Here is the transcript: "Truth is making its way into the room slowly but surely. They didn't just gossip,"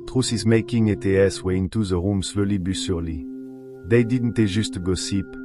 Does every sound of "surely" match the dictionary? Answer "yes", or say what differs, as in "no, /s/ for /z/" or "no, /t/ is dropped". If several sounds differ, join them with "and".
no, /s/ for /ʃ/